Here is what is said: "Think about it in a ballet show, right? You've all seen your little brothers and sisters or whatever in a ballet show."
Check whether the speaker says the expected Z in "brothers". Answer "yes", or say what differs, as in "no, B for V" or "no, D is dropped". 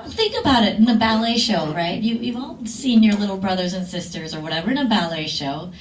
yes